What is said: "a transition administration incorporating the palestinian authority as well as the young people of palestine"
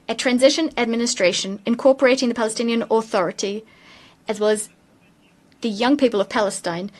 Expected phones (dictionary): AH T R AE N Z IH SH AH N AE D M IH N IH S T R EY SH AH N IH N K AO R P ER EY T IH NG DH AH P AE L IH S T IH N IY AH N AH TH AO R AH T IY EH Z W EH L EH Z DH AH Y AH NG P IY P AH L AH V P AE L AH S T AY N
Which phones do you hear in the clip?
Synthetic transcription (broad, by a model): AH T R AE N Z IH SH AH N AE D M IH N IH S T R EY SH AH N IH N K AO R P ER EY T IH NG DH AH P AE L IH S T IH N IY AH N AH TH AO R AH T IY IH Z W EH L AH Z DH AH Y AH NG P IY P AH L AH V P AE L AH S T AY N